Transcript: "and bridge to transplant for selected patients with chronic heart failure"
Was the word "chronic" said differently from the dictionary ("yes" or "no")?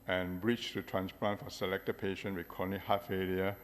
yes